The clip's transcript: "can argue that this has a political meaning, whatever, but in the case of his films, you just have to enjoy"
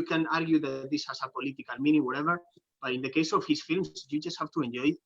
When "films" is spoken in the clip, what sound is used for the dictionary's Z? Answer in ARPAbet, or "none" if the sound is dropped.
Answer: S